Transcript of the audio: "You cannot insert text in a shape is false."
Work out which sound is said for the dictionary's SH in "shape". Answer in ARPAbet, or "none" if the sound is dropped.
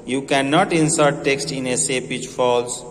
S